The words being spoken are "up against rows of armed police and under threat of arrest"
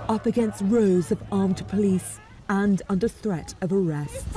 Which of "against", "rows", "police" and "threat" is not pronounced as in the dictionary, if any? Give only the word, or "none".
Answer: none